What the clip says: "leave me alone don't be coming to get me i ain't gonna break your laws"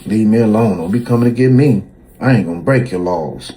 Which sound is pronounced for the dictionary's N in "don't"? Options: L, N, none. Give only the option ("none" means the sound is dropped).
L